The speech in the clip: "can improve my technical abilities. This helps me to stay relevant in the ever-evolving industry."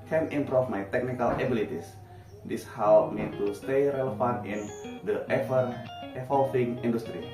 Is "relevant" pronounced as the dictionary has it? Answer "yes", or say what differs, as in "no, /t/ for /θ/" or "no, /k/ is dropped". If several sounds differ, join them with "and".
no, /f/ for /v/